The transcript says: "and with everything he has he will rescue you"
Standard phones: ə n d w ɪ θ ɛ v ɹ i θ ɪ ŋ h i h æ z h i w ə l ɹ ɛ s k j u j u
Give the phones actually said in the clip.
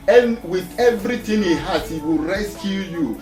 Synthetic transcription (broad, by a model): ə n w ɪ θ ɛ v ɹ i t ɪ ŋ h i h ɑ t h i w ə l ɹ ɛ s k j u j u